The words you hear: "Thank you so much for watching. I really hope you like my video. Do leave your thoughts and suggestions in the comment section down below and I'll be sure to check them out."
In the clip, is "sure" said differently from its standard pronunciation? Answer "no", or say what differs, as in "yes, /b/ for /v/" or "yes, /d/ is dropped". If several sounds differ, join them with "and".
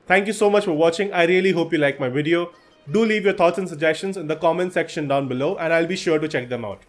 no